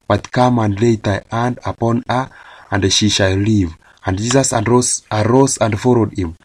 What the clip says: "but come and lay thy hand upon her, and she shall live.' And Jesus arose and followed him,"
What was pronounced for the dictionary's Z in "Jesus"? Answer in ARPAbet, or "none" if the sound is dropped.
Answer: S